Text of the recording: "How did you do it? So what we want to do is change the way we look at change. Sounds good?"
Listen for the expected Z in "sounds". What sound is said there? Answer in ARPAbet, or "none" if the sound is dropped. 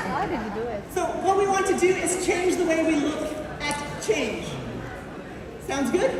Z